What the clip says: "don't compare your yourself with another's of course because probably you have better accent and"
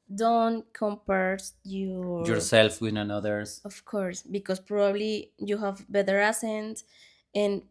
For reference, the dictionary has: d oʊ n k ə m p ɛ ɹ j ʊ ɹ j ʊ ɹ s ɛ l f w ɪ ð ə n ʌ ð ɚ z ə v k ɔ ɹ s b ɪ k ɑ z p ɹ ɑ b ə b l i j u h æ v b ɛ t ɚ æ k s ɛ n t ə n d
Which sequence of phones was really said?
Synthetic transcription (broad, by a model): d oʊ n k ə m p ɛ ɹ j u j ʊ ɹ s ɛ l f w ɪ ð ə n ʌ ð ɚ s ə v k ɔ ɹ s b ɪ k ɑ s p ɹ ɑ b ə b l i j u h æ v b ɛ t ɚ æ s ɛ n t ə n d